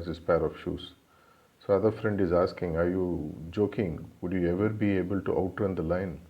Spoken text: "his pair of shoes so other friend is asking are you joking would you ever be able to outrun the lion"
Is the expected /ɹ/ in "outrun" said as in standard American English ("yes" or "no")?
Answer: no